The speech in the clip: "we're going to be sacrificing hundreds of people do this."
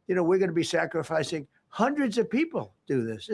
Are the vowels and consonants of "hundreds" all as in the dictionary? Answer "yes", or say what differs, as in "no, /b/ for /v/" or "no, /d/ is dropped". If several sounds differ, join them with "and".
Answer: yes